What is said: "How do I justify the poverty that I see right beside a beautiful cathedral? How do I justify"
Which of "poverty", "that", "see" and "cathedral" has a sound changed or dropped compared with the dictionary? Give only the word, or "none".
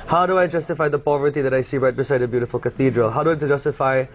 none